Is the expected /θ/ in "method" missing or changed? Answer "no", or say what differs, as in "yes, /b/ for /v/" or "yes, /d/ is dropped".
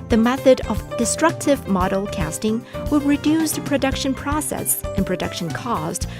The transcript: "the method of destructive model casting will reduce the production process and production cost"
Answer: no